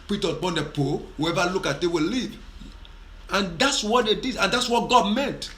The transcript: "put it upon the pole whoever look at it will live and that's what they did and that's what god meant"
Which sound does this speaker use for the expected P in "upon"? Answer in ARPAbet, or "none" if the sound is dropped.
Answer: B